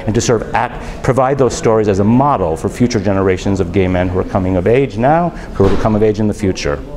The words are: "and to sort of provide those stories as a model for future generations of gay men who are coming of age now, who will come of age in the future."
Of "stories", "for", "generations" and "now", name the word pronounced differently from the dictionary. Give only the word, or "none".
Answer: none